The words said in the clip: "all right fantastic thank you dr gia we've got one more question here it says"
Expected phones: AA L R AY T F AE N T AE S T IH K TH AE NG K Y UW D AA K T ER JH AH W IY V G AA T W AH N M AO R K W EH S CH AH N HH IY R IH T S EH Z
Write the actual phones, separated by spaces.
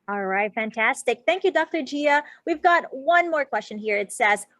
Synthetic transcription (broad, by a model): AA L R AY T F AE N T AE S T IH K TH AE NG K Y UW D AA K T ER JH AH W IY V G AA T W AH N M AO R K W EH S CH AH N HH IY R IH T S EH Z